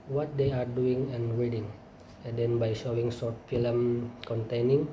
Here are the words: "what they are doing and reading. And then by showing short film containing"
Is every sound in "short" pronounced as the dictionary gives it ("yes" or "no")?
no